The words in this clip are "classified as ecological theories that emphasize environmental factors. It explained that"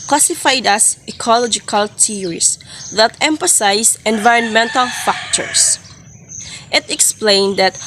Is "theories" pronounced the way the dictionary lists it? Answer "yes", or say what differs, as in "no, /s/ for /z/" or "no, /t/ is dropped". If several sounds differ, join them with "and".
no, /t/ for /θ/ and /s/ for /z/